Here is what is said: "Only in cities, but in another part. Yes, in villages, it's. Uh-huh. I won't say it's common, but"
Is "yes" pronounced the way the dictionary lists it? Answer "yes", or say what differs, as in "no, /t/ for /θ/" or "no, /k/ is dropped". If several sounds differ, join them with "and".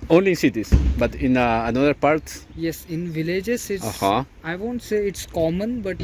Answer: yes